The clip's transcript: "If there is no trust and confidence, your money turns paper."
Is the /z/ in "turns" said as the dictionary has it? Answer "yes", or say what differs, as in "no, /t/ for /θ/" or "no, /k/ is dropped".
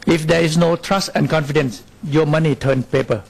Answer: no, /z/ is dropped